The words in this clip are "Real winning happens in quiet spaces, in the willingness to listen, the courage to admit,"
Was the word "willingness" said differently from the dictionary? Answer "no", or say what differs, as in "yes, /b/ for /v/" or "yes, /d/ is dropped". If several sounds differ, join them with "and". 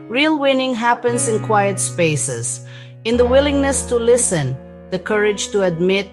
no